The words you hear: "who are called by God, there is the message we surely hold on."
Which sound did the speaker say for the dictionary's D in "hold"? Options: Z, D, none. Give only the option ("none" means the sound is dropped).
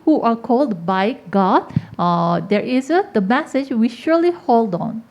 D